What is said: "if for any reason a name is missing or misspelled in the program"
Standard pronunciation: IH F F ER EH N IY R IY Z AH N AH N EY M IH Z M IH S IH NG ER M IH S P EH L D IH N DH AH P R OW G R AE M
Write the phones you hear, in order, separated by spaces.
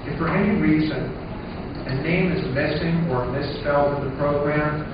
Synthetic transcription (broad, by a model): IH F F ER EH N IY R IY Z AH N AH N EY M IH Z M IH S IH NG ER M IH S P EH L D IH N DH AH P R OW G R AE M